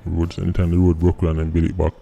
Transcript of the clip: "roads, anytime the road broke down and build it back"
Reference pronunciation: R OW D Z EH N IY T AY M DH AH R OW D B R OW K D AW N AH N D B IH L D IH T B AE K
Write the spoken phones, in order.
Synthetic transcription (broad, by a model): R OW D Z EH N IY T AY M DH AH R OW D B R OW K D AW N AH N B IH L IH T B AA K